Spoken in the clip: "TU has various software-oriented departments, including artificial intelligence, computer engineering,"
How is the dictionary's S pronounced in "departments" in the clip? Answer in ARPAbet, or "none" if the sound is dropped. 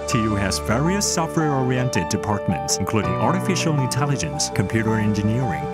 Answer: S